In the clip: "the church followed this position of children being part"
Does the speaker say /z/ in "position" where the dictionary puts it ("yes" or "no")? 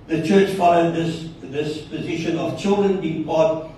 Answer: yes